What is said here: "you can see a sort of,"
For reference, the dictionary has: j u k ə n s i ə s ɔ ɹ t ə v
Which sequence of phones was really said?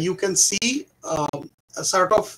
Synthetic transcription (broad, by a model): j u k ə n s i ə s ɔ ɹ t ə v